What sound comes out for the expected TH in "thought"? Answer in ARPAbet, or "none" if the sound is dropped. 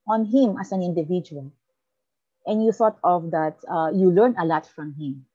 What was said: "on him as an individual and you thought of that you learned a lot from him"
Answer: TH